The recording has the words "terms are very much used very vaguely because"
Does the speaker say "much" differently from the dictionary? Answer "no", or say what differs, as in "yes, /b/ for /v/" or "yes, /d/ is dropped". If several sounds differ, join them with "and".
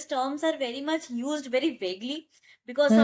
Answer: no